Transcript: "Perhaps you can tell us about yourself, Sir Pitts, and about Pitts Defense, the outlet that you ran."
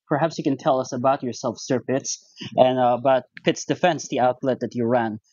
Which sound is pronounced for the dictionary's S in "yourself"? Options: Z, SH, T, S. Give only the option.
S